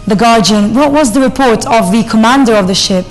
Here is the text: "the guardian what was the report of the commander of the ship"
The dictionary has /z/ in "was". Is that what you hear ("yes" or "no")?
yes